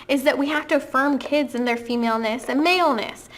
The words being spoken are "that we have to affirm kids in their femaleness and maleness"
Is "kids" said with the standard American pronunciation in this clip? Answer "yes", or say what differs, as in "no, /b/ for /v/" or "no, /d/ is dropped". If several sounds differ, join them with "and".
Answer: yes